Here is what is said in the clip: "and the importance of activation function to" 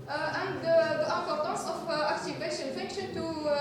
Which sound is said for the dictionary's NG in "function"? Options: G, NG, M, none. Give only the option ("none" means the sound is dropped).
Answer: none